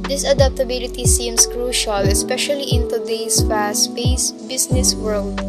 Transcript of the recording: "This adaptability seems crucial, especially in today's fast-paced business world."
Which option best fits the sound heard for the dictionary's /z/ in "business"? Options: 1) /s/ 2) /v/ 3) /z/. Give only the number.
1